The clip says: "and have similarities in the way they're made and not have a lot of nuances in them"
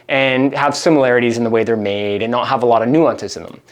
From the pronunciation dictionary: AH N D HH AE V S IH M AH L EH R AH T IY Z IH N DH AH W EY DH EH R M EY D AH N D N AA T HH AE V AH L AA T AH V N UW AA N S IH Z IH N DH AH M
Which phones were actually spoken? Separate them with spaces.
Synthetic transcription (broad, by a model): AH N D HH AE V S IH M AH L EH R AH T IY Z IH N DH AH W EY DH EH R M EY D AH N N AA T HH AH V AH L AA T AH V N UW AA N S IH Z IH N DH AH M